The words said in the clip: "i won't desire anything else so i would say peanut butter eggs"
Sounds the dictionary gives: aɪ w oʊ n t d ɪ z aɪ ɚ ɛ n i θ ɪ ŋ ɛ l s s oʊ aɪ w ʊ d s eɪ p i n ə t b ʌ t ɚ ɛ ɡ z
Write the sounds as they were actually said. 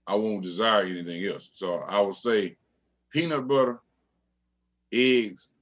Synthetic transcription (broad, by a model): aɪ w oʊ n d ɪ z aɪ ɚ ɛ n i θ ɪ ŋ ɛ l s s oʊ aɪ w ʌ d s eɪ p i n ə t b ʌ t ɚ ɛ ɡ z